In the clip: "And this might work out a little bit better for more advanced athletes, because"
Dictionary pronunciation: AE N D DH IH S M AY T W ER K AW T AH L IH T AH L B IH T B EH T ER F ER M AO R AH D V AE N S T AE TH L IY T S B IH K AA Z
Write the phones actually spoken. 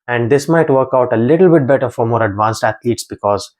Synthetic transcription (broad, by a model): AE N D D IH S M AY T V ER K AW T AH L IH T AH L B IH T B EH T ER F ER M AO R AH D V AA N S T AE T L IY T S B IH K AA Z